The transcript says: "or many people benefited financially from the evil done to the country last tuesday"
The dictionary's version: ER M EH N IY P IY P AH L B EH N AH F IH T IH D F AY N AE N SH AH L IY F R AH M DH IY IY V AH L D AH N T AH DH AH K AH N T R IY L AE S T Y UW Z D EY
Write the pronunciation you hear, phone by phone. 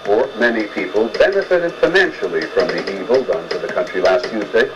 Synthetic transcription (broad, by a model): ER M EH N IY P IY P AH L B EH N AH F IH T IH D F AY N AE N SH L IY F R AH M DH IY IY V AH L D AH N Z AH DH AH K AH N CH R IY L AE S T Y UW Z D EY